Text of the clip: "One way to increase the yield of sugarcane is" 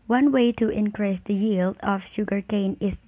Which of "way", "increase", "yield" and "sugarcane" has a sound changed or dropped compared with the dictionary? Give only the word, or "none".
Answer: none